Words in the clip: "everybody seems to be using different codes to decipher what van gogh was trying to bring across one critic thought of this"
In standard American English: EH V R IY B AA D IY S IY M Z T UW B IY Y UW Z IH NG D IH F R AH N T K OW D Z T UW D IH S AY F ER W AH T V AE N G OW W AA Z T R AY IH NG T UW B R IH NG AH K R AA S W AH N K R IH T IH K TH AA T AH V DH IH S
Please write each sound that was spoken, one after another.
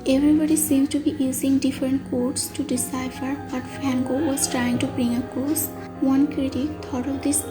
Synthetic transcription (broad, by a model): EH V R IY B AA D IY S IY M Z T UW B IY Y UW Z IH NG D IH F R AH N T K OW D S T UW D IH S AY F ER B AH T F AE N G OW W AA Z T R AY IH NG T UW B R IH NG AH K AA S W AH N K R IH T IH K T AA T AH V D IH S